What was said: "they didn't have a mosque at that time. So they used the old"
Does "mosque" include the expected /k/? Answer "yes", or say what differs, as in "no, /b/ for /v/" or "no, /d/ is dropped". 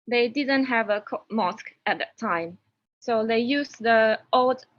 yes